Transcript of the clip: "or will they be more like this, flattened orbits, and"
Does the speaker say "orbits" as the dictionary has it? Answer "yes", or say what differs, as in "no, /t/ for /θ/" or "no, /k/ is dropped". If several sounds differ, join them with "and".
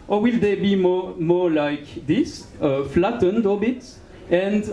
no, /l/ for /ɹ/